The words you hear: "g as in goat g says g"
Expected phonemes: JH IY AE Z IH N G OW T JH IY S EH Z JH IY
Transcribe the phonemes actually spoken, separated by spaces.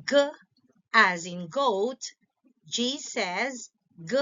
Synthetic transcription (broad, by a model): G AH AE Z IH N G OW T JH IY S EH Z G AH